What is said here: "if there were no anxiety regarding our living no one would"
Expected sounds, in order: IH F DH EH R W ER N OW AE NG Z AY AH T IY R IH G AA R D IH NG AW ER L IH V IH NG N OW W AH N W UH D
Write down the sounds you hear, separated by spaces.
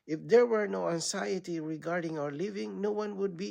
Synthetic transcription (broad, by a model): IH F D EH R W ER N OW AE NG S AY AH T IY R IH G AA R D IH NG AW ER L IH V IH NG N OW W AH N W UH D